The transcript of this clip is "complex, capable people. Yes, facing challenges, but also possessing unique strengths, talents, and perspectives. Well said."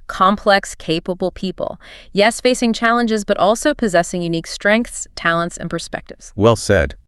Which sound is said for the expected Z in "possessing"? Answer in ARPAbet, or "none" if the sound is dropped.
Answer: Z